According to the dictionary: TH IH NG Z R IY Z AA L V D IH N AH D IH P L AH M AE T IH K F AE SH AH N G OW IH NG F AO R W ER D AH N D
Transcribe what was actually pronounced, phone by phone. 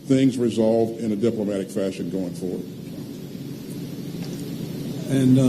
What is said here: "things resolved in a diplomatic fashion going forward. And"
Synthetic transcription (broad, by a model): TH IH NG Z R IY Z AA L V D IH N AH D IH P L AH M AE T IH K F AE SH AH N G OW IH NG F AO R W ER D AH N